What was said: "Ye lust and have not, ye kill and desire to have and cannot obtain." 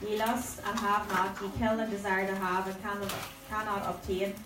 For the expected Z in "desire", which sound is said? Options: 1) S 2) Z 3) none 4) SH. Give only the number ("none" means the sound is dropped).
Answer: 2